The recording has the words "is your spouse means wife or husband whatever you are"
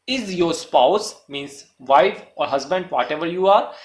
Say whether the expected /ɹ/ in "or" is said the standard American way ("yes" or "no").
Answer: yes